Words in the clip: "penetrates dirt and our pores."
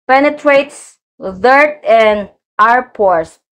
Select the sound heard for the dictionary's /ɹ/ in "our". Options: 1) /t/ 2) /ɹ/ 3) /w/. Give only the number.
2